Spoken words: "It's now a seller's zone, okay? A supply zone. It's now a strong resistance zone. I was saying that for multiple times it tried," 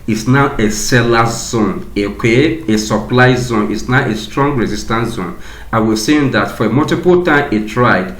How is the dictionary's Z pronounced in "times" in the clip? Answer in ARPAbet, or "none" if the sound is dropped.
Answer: none